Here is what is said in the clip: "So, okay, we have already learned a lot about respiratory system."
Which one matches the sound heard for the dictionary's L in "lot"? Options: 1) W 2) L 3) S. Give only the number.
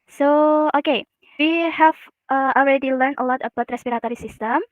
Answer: 2